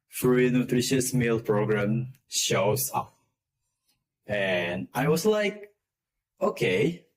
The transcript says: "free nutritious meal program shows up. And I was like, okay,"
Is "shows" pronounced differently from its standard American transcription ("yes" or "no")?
yes